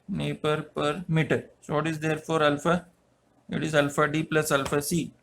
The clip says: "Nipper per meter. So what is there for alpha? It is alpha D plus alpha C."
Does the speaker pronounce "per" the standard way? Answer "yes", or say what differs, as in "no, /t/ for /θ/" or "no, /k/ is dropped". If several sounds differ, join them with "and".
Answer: yes